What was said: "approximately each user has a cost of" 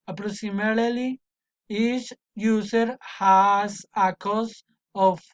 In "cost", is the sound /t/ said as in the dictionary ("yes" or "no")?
no